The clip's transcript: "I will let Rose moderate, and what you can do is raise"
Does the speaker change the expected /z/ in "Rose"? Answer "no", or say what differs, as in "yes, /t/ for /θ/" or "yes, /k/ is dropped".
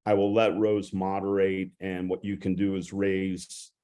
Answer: no